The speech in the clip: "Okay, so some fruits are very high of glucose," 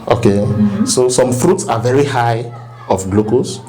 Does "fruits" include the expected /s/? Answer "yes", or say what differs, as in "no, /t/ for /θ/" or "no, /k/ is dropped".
yes